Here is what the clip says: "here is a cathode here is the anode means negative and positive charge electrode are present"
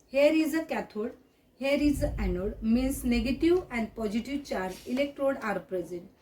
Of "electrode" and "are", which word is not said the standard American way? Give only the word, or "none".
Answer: none